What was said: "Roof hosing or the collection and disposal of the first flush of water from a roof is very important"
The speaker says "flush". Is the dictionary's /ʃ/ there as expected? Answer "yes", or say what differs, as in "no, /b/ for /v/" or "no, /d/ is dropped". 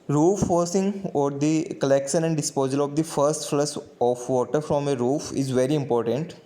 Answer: no, /s/ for /ʃ/